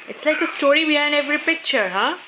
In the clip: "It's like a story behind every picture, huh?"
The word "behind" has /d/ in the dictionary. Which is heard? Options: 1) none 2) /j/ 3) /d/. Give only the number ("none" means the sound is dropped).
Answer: 1